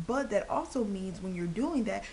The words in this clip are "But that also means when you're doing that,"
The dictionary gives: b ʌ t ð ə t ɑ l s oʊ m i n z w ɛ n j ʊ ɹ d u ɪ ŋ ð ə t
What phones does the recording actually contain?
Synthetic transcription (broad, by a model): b ʌ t ð ə t ɑ l s oʊ m i n z w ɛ n j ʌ ɹ d u ɪ ŋ ð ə t